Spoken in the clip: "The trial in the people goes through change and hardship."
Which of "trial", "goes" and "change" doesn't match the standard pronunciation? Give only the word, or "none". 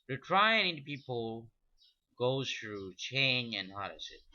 trial